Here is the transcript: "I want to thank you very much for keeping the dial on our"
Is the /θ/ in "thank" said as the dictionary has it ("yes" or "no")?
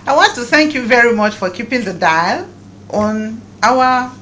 yes